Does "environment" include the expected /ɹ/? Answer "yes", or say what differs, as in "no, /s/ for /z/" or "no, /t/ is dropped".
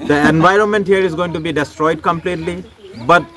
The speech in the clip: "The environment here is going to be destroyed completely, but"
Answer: yes